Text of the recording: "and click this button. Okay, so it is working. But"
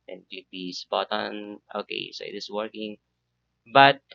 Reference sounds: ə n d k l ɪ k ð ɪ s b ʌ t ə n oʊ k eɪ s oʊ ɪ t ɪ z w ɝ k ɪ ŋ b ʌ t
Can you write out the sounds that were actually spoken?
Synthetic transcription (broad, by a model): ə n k ɪ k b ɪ s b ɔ t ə n oʊ k eɪ s oʊ ɪ t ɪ s w ɝ k ɪ ŋ b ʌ t